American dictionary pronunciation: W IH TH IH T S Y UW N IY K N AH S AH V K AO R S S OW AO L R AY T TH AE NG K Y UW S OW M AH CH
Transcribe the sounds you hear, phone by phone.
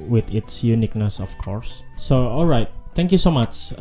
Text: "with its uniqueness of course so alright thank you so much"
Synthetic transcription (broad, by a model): W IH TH IH T S Y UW N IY K N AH S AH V K AO R S S OW AO L R AY T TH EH NG K Y UW S OW M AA CH